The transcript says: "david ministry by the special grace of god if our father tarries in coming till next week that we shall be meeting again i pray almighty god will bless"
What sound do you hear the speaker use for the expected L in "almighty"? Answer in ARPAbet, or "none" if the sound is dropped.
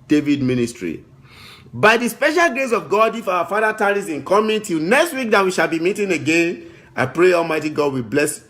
L